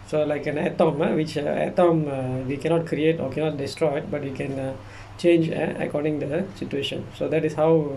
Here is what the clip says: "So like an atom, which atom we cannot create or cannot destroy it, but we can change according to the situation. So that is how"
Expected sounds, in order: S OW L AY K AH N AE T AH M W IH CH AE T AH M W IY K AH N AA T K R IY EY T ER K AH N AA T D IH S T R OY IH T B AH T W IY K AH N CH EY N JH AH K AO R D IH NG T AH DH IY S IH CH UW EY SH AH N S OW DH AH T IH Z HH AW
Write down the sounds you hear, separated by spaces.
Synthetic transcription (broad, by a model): S OW L AY K AH N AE T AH M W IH CH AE T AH M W IY K AH N AA T K R IY EY T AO K AH N AA T D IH S T R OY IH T B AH T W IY K AH N CH EY N JH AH K AO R D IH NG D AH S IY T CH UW EY SH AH N S OW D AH T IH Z HH AW